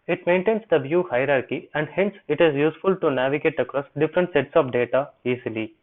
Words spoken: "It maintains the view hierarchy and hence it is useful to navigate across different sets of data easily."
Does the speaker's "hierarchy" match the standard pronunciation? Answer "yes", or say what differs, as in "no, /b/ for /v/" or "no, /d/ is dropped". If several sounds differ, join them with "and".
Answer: yes